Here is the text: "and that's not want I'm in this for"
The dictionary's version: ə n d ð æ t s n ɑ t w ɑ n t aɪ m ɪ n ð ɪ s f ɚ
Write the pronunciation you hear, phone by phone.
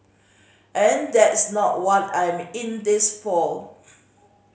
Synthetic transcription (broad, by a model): ə n d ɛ t s n ɑ t w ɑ t aɪ m ɪ n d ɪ s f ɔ